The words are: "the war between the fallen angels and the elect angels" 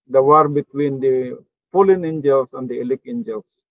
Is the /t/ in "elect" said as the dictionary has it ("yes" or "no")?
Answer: no